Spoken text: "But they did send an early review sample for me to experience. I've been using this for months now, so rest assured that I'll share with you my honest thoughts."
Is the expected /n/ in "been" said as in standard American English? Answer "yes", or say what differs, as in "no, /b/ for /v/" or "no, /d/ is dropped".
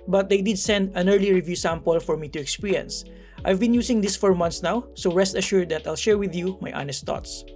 yes